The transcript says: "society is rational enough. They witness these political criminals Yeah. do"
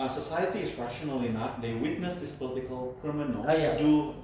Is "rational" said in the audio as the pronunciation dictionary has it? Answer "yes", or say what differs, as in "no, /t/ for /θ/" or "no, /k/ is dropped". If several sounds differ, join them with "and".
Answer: yes